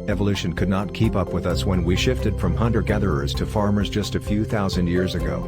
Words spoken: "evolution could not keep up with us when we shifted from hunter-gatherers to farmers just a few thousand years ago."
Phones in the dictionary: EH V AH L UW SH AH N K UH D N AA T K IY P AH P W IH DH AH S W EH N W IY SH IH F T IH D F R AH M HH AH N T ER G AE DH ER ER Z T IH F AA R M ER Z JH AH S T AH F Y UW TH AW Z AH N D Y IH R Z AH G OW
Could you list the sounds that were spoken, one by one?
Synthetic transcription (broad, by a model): EH V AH L UW SH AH N K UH D N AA T K IY P AH P W IH DH AH S W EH N W IY SH IH F T IH D F R AH M HH AH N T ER G AE DH ER ER Z T IH F AA R M ER Z JH AH S T AH F Y UW TH AW Z AH N D Y IH R Z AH G OW